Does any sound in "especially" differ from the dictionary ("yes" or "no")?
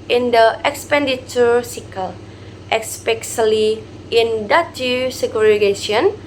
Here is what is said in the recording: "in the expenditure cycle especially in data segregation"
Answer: yes